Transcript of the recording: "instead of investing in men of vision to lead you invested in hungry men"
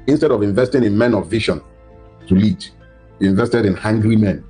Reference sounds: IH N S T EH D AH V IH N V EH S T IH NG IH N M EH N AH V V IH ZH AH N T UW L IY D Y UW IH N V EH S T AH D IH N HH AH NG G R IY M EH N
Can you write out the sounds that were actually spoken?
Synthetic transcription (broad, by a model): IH N S T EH D AH V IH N V EH S T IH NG IH N M EH N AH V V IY SH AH N T UW L IY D Y UW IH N V EH S T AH D IH N HH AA NG G R IY M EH N